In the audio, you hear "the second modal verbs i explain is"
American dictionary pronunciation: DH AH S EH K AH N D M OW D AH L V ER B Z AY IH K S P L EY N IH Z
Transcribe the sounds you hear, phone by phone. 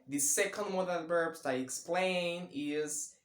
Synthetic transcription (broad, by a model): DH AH S EH K AH N D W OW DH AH N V ER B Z AY IH K S P L EY N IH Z